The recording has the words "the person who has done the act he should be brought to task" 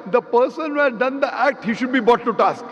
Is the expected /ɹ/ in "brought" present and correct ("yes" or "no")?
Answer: no